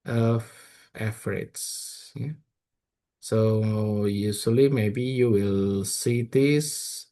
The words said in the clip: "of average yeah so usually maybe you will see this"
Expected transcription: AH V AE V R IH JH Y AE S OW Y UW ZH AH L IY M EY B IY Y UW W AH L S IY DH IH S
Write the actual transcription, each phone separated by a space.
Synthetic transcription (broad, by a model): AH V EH F R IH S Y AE S OW Y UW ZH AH L IY M EY B IY Y UW W AH L S IY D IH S